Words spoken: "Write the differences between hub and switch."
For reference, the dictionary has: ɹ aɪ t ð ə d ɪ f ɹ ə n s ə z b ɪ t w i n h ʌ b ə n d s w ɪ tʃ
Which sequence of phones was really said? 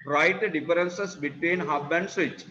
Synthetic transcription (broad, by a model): ɹ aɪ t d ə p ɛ ɹ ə n s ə s b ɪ t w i n h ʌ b ə n d s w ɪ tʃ